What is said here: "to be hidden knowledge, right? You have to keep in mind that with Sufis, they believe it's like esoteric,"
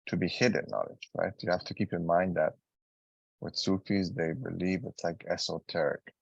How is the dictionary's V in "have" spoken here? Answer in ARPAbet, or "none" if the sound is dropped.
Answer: F